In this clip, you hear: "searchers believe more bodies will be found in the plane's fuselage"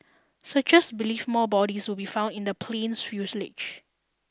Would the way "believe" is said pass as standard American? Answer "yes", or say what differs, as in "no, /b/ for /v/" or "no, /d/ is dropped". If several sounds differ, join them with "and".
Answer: no, /f/ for /v/